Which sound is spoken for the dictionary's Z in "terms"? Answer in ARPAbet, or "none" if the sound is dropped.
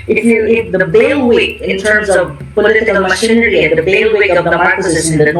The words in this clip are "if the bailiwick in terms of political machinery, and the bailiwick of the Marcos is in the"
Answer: Z